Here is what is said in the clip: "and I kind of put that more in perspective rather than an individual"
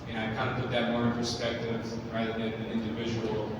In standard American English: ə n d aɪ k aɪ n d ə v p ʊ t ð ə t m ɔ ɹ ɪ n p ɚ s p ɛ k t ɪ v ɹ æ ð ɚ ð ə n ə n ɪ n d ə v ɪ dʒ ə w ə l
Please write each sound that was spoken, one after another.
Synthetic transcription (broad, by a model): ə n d aɪ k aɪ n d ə p ʊ t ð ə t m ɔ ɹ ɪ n p ɚ s p ɛ k t ɪ v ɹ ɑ ɪ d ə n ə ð ɪ n d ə v ɪ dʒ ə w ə l